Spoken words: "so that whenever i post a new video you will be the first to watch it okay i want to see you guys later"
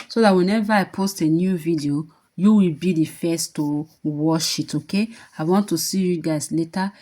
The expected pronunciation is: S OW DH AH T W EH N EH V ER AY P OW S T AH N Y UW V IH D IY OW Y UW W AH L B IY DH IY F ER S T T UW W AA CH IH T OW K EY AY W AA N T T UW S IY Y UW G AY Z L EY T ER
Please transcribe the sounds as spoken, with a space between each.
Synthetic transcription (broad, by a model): S OW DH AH T W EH N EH V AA AY P OW S T AH N Y UW V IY D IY OW Y UW W AH L B IY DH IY F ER S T T UW W AA SH IH T OW K EY AY W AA N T T UW S IY Y UW G AY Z L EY T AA